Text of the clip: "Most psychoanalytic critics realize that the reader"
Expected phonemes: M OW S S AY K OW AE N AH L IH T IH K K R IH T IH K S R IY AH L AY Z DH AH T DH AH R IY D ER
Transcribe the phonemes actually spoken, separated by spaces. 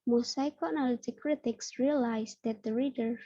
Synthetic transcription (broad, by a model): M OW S S AY K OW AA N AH L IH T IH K K R IH T IH K S R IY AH L AY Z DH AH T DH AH R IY D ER